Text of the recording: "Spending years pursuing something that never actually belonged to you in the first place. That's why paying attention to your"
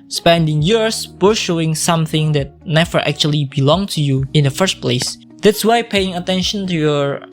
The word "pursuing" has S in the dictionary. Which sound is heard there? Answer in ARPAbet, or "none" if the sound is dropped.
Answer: SH